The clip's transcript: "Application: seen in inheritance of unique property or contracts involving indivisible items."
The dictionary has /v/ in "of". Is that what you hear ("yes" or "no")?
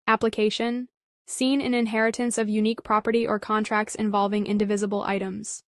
yes